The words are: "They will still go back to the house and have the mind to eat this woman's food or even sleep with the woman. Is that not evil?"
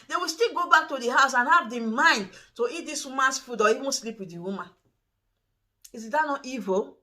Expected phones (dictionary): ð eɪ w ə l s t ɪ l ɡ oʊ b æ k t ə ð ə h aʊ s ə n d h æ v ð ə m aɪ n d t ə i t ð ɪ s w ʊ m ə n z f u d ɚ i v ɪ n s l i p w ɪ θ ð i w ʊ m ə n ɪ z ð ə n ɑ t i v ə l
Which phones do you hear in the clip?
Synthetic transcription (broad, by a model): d eɪ w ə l s t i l ɡ oʊ b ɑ k t ə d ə h aʊ s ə n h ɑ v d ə m aɪ n d t ə i t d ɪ s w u m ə n s f u d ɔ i w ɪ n s l i p w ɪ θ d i w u m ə n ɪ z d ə n ɑ t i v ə